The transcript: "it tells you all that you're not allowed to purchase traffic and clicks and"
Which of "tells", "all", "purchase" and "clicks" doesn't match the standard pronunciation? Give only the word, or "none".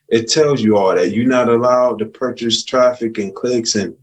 none